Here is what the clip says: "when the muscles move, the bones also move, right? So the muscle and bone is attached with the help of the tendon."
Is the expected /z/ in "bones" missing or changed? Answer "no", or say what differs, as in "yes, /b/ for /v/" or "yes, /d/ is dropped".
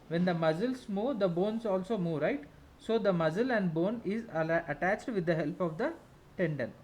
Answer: yes, /s/ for /z/